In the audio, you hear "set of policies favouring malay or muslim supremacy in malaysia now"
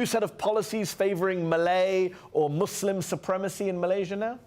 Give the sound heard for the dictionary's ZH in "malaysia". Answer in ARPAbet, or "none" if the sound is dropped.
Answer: ZH